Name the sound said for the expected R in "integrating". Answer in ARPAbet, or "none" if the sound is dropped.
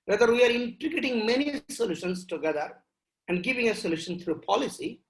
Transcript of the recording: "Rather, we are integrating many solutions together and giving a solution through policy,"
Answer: none